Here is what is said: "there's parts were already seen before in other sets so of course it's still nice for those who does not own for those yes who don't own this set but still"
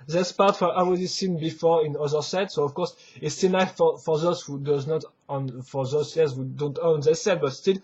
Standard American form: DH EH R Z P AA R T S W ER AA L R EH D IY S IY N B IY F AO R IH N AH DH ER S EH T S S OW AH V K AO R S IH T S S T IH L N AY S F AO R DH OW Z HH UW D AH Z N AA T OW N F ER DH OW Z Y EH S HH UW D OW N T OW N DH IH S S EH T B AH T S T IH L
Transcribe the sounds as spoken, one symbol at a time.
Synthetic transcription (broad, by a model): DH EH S P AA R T W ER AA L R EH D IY S IY N B IY F AO R IH N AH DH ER S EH T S S OW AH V K AO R S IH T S S T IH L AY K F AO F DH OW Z HH UW D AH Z N AA T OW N F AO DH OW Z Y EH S HH UW D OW N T OW N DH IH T S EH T B AH T S T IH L